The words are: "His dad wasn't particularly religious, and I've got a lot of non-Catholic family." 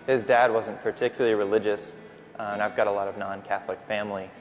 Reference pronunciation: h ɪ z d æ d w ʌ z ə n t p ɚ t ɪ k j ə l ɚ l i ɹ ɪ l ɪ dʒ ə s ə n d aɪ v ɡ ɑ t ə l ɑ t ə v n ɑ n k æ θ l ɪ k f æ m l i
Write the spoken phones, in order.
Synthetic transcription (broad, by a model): h ɪ z d æ d w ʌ z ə n p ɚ t ɪ k j l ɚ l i ɹ ɪ l ɪ dʒ ə s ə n aɪ v ɡ ɑ t ə l ɑ t ə v n ɑ n k æ θ l ɪ k f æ m l i